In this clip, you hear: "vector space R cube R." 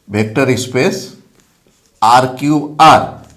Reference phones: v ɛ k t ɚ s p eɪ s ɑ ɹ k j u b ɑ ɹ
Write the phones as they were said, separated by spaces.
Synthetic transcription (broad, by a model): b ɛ k t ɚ s p eɪ s ɑ ɹ k j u ɑ ɹ